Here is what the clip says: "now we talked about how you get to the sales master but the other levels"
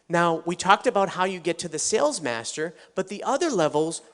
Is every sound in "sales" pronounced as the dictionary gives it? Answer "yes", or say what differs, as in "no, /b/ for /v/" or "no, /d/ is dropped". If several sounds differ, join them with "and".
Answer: yes